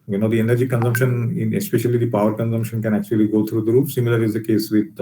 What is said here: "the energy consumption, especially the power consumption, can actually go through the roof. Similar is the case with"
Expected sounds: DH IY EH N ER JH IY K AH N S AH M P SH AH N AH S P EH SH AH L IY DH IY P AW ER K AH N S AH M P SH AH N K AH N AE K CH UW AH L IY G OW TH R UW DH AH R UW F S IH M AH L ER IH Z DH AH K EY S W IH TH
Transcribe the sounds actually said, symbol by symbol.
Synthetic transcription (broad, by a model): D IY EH N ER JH IY K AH N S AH M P SH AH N AH S P EH SH AH L IY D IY P AW ER K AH N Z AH M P SH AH N K AH N AE K CH UW AH L IY G OW T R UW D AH R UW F S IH M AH L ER IH Z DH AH K EY S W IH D